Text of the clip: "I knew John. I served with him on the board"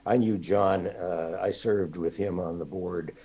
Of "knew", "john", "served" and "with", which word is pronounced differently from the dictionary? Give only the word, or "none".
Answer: none